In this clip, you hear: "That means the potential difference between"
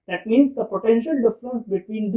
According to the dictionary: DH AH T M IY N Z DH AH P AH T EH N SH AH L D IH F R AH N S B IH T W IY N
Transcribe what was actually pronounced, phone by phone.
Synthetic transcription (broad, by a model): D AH T M IY N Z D AH P AH T EH N SH AH L D IH F R AH N S B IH T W IY N